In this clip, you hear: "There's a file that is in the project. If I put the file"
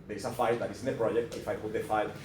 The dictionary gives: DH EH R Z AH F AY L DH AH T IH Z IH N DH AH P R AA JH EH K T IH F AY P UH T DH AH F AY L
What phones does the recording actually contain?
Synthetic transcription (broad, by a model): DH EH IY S AH F AY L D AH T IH S IH N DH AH P R AA JH EH K T IH F AY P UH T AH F AY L